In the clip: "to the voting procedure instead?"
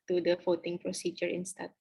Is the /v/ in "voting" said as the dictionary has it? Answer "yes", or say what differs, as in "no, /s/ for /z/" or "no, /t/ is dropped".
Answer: no, /f/ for /v/